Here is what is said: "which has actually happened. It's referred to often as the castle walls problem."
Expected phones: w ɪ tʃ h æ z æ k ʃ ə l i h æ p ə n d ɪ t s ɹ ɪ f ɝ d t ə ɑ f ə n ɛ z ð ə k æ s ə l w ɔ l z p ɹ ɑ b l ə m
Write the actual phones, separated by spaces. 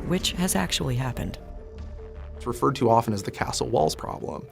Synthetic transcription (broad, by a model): w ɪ tʃ h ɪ z æ k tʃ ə l i h æ p ə n d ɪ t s ɹ ɪ f ɝ d t ə ɑ f ə n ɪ z ð ə k æ s l w ɔ l z p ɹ ɑ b l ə m